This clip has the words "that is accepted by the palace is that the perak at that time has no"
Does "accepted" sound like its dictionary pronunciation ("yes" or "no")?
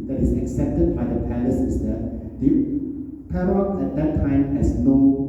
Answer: yes